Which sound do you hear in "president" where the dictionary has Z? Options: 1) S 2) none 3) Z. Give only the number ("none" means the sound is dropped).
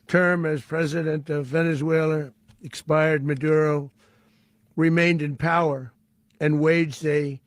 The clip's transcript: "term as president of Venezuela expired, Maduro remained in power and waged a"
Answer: 3